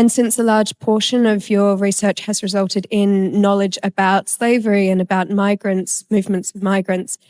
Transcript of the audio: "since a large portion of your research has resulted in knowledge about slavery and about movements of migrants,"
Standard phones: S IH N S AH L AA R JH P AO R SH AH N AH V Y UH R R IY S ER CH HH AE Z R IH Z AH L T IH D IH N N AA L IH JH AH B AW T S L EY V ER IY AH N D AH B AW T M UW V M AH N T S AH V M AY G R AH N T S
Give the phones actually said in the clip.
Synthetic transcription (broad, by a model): S IH N S AH L AA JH P AO SH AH N AH V Y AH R R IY S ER CH HH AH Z R IH Z AH L T IH D IH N N AA L IH JH AH B AW T S L EY V ER IY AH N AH B AW T M UW V M AH N T S AH V M AY G R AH N T S